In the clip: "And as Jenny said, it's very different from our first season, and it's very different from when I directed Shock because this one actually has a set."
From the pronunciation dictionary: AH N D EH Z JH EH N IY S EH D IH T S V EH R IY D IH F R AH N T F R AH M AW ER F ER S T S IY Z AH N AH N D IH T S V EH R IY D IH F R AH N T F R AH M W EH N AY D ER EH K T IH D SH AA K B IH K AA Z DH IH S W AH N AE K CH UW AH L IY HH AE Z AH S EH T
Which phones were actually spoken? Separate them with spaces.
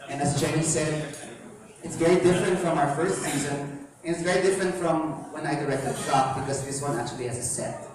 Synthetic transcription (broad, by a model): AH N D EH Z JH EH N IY S EH D IH T S V EH R IY D IH F R AH N T F R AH M AW ER F ER S T S IY Z AH N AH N IH T S V EH R IY D IH F R AH N T F R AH M W EH N AY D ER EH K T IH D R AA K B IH K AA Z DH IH S W AH N AE K CH UW AH L IY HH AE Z AH S EH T